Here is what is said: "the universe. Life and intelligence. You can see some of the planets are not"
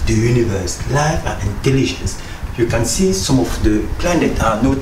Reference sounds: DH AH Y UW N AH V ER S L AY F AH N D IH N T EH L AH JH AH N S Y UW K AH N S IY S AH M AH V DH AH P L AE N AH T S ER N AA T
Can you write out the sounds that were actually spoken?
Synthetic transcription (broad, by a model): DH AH Y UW N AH V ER S L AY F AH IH N T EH L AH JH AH N S Y UW K AH N S IY S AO M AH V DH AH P L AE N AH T AA N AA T